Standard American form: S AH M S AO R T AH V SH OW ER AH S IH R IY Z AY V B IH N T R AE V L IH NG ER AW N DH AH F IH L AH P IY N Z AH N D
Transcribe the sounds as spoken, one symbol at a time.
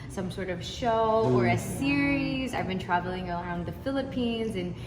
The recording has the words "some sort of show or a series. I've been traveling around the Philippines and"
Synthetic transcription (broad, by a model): S AH M S AO R T AH V SH OW ER AH S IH R IY Z AY V B IH N T R AE V L IH NG ER AW N DH AH F IH L AH P IY N Z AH N